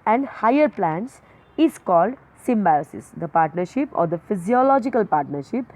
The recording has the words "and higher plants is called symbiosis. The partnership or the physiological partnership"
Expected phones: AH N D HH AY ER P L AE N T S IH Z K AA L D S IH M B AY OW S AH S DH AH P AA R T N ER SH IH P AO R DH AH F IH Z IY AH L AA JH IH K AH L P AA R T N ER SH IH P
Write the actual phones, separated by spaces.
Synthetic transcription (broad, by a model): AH N D HH AY ER P L AE N T S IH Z K AA L D S IH M B AY OW S AH S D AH P AA R T N ER SH IH P AO R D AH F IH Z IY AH L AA JH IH K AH L P AA R T N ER SH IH P